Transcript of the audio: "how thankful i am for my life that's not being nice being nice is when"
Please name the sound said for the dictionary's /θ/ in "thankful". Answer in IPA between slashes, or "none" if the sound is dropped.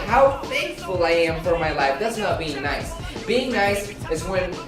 /f/